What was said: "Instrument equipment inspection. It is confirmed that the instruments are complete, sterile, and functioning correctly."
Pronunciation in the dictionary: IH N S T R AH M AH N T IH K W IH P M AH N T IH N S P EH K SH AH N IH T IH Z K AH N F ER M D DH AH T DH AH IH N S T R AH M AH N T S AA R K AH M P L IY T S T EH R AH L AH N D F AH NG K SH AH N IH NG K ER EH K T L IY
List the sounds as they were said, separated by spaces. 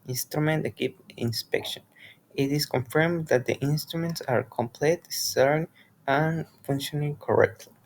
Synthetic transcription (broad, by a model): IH N S T R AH M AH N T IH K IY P AH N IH N S P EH K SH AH N IH T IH S K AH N F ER M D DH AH T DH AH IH N S T R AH M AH N T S AA R K AH M P L IY T S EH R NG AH N F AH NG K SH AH N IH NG K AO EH K T L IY